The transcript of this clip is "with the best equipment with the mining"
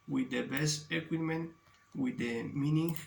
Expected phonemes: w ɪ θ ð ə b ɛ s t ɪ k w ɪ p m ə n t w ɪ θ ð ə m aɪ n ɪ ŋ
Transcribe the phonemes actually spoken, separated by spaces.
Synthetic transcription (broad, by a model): w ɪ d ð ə b ɛ s t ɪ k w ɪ m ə n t w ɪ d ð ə m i n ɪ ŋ